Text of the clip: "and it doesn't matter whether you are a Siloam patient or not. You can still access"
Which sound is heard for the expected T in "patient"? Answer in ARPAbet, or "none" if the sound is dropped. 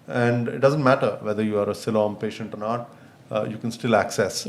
T